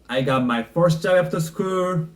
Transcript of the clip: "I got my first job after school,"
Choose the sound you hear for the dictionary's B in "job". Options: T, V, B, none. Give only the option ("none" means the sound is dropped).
none